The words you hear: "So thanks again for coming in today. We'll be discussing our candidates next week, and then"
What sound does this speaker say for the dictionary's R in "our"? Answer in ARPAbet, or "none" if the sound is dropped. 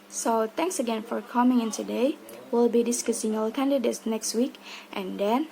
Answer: L